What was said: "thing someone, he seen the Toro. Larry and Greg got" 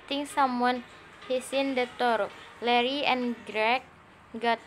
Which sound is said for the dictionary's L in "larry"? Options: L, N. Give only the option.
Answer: L